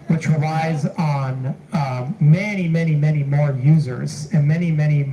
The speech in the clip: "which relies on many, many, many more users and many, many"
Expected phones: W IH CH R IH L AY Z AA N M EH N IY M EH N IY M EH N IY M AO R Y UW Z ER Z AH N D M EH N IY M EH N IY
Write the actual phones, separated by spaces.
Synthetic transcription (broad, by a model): W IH CH R IH L AY Z N M EH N IY M EH N IY M EH N IY M AO R Y UW Z ER Z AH N M EH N IY M EH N IY